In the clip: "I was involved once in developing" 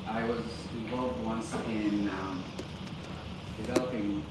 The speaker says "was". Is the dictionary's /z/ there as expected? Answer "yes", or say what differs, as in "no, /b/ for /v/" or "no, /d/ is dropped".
yes